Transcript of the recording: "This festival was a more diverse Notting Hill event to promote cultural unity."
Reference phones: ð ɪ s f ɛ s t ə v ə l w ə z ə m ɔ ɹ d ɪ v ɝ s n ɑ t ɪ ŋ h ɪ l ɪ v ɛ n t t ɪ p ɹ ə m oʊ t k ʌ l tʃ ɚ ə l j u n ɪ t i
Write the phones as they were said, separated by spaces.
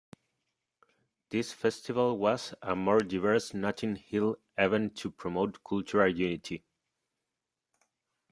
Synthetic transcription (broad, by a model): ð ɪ s f ɛ s t ə v ə l w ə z ə m ɔ ɹ d ɪ v ɝ s n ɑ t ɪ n h ɪ l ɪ v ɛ n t t ɪ p ɹ ə m oʊ t k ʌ l tʃ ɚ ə l j u n ɪ t i